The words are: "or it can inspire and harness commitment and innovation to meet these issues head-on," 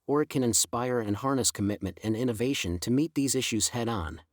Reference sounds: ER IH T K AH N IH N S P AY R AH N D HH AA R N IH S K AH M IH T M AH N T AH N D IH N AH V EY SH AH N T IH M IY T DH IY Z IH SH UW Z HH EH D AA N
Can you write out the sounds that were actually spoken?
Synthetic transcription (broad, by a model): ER IH T K AH N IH N S P AY R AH N HH AA R N IH S K AH M IH T M AH N T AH N IH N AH V EY SH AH N T IH M IY T DH IY Z IH SH UW Z HH EH D N